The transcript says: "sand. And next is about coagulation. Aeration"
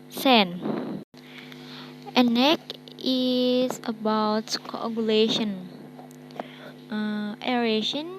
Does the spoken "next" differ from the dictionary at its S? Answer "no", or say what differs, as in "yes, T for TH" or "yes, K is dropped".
yes, S is dropped